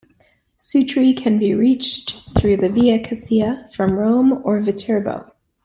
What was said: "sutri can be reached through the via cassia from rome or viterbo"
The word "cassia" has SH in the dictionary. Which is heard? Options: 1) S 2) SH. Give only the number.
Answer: 1